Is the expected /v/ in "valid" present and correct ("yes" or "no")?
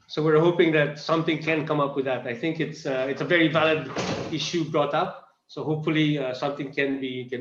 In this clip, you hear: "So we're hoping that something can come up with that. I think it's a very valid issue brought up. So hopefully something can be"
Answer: yes